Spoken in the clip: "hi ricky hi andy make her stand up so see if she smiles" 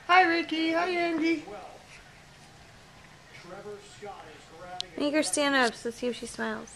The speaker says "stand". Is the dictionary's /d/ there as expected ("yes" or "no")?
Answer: no